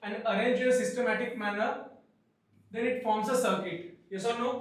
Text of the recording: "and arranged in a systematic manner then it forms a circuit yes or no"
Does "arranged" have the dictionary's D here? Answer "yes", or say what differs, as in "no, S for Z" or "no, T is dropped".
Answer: no, D is dropped